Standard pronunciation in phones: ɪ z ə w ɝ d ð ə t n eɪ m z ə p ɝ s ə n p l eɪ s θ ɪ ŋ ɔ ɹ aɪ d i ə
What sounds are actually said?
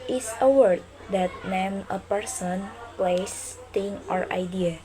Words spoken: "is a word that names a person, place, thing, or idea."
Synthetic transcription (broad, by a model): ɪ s ə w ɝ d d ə t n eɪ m ə p ɝ s ə n p l eɪ s t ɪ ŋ ɔ ɹ aɪ d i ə